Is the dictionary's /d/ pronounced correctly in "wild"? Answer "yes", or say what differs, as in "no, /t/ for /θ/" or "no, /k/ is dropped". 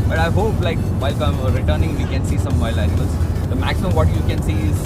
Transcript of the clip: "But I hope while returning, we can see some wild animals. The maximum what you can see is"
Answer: no, /d/ is dropped